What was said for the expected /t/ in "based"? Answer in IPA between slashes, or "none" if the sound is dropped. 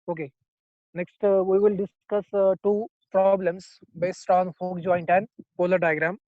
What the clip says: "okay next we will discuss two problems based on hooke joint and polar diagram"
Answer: /t/